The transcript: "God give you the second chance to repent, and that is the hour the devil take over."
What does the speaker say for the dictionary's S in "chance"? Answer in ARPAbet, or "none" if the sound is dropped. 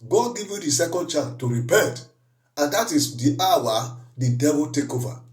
none